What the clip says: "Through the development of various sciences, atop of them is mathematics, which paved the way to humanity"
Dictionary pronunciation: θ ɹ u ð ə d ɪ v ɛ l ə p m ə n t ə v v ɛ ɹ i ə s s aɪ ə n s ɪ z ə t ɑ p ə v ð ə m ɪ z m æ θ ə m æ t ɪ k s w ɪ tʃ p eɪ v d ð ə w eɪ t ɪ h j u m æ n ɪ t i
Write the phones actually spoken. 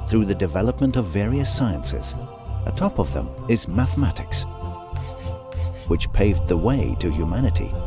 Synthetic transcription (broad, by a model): θ ɹ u ð ə d ɪ v ɛ l ə p m ə n t ə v v ɛ ɹ i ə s s aɪ ə n s ɪ z ə t ɑ p ə v ð ə m ɪ z m æ θ ə m æ t ɪ k s w ɪ tʃ p eɪ v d ð ə w eɪ t ɪ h j u m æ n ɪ t i